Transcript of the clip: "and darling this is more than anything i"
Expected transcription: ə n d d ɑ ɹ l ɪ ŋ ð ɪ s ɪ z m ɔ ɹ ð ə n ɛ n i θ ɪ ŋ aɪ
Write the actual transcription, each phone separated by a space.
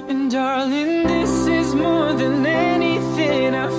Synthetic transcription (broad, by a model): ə n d d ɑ ɹ l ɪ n ð ɪ s ɪ z m ɔ ɹ ð ə n ɛ n i θ ɪ ŋ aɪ